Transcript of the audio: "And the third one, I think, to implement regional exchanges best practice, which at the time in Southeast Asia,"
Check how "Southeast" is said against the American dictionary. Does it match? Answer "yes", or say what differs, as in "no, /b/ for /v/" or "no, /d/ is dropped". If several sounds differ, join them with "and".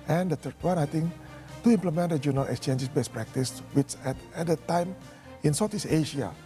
no, /t/ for /θ/ and /t/ is dropped